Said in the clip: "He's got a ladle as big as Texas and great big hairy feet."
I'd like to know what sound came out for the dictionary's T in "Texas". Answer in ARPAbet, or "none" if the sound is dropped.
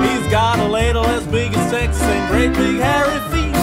S